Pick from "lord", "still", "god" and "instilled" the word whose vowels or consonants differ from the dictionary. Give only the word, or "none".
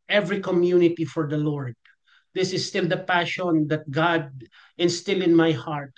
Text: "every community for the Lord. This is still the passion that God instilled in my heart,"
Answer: instilled